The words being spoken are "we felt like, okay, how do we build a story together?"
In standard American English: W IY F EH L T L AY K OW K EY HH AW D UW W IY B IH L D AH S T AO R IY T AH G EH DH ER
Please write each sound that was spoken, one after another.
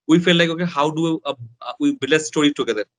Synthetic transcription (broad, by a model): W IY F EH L L AY K OW K EY HH AW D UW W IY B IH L AH S T AO R IY T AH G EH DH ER